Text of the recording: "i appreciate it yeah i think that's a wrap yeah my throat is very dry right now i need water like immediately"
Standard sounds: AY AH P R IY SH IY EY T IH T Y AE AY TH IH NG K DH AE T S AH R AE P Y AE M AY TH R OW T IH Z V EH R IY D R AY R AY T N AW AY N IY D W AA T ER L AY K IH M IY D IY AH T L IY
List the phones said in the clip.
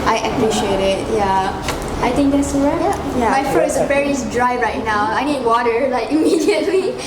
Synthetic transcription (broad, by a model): AY AH P R IY SH IY EY T IH T Y AE AY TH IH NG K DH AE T S AH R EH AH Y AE M AY F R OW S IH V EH R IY D R AY R AY T N AW AY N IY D W AA T ER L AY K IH M IY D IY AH T L IY